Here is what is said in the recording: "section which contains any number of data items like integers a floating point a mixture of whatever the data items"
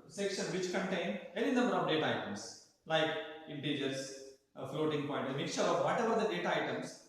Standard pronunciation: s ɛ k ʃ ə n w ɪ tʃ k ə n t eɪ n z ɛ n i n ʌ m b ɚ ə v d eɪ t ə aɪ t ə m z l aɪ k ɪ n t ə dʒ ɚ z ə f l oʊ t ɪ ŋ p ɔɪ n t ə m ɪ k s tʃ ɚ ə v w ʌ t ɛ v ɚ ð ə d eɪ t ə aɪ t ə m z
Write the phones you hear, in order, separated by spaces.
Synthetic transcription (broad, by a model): s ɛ k ʃ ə n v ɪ tʃ k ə n t eɪ n ɛ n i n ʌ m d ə d eɪ t ə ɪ t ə m s l aɪ k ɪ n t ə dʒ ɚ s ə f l oʊ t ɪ ŋ p ɔɪ n t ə m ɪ k tʃ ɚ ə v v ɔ t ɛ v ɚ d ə d eɪ t ə aɪ t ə m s